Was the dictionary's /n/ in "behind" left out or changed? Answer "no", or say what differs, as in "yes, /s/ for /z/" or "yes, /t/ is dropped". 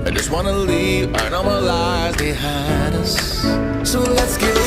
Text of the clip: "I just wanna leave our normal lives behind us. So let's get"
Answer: yes, /n/ is dropped